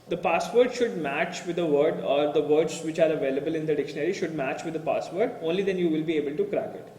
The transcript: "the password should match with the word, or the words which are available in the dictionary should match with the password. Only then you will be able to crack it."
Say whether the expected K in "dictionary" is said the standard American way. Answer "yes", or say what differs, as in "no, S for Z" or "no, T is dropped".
yes